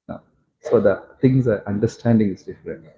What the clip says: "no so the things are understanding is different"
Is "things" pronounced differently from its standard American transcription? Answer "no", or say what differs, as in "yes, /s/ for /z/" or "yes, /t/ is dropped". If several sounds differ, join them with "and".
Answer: yes, /t/ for /θ/